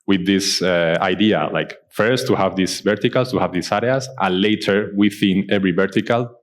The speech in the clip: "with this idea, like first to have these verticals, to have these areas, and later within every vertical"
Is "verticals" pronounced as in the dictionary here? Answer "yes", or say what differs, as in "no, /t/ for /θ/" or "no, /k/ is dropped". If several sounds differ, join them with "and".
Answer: no, /s/ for /z/